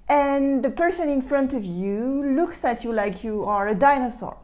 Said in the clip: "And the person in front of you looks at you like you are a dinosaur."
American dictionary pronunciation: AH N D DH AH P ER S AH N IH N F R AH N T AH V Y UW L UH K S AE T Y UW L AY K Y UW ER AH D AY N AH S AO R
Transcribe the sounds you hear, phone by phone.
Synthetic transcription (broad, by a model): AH N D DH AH P ER S AH N IH N F R AH N T AH V Y UW L UH K S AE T Y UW L AY K Y UW ER AH D AY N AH S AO R